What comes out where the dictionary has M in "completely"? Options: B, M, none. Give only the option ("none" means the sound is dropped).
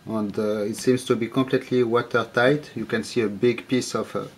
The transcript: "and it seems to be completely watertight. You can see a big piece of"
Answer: M